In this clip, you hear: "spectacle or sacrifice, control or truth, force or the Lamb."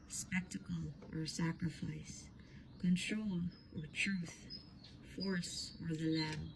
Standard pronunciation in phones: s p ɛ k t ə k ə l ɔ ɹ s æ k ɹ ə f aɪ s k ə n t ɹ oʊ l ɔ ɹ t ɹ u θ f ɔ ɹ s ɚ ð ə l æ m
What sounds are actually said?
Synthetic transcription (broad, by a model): s p ɛ k t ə k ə l ɔ ɹ s æ k ɹ ə f aɪ s k ə n t ɹ oʊ l ɔ ɹ t ɹ u θ f ɔ ɹ s ɚ ð ə l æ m